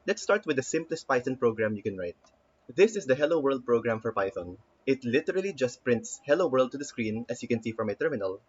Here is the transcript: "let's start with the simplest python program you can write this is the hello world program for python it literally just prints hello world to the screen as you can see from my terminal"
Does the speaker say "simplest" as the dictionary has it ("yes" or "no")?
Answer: yes